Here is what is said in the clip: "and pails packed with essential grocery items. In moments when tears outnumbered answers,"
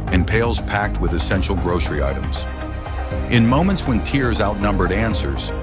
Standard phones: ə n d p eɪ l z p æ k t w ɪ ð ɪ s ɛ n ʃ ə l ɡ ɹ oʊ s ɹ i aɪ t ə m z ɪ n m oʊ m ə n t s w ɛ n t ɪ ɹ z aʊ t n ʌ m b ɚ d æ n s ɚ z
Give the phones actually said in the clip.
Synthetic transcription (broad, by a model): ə n p eɪ l z p æ k t w ɪ ð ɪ s ɛ n ʃ l ɡ ɹ oʊ s ɹ i aɪ t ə m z ɪ n m oʊ m ə n t s w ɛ n t ɪ ɹ z aʊ t n ʌ m b ɚ d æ n s ɚ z